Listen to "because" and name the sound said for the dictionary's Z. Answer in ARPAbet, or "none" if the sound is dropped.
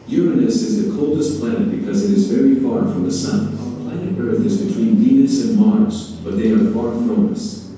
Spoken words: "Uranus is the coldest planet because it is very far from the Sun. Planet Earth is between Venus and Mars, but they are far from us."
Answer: Z